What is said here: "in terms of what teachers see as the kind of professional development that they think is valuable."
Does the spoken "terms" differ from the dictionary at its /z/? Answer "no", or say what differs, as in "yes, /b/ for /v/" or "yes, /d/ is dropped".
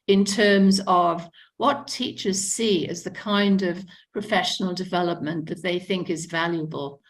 no